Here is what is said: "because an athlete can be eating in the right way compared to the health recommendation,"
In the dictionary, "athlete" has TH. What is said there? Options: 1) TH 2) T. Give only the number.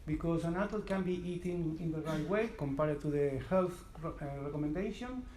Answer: 2